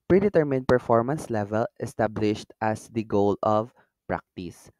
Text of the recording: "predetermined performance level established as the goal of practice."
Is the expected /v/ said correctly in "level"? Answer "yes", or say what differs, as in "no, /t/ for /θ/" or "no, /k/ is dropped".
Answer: yes